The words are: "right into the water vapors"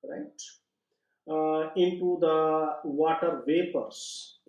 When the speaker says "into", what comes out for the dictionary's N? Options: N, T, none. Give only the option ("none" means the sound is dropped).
N